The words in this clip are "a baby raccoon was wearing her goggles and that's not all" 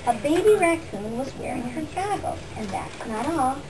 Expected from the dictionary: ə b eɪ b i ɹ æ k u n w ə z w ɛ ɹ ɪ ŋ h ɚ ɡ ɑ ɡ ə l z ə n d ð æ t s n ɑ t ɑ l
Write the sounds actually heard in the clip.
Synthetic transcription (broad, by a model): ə b eɪ b i ɹ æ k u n w ə z w ɛ ɹ ɪ ŋ h ɚ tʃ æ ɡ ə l ə n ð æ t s n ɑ t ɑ l